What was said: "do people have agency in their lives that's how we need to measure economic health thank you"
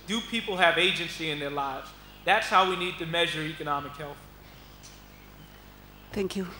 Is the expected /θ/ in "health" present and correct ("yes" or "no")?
yes